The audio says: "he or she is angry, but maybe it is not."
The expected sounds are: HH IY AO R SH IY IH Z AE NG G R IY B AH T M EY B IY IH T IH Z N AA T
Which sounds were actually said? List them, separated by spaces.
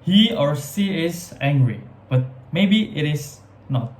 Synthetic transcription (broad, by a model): HH IY AO R S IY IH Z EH NG G R IY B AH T M EY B IY IH T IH S N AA T